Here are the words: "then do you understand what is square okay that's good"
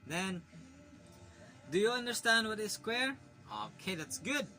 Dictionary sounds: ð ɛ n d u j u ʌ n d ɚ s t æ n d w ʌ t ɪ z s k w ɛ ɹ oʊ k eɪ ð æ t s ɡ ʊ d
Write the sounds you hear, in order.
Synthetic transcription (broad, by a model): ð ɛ n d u j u ʌ n d ɚ s t æ n d w ʌ t ɪ z s k w ɛ ɹ oʊ k eɪ ð æ t s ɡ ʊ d